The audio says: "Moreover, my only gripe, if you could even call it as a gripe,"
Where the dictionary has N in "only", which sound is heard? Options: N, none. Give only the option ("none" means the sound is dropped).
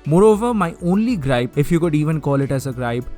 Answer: N